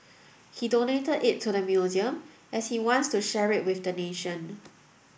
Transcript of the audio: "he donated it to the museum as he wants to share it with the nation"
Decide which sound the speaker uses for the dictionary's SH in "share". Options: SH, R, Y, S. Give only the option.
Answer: SH